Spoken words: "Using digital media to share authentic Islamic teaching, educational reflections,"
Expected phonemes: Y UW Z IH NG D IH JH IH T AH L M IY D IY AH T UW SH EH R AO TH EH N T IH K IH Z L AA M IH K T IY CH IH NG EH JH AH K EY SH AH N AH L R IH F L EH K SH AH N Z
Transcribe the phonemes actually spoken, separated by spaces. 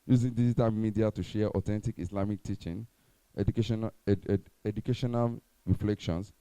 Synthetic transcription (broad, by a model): Y UW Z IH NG D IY JH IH T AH L M IY D IY AH T UW SH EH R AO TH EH N T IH K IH S L AA M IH K T IY CH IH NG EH SH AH K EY SH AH N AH L R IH F L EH K SH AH N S